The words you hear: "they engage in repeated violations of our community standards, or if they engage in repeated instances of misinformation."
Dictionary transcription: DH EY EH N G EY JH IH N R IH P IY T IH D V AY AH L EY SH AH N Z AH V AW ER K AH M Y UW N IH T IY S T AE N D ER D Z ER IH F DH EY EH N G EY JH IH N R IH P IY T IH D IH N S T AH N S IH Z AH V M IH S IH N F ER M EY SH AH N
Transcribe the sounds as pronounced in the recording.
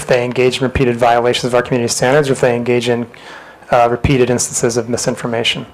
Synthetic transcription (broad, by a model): DH EY EH N G EY JH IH N R IH P IY T IH D V AY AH L EY SH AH N Z AH V AW ER K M Y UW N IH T IY S T AE N D ER D Z ER IH F DH EY EH N G EY JH IH N R IH P IY T IH D IH N S T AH N S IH Z AH V M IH S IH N F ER M EY SH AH N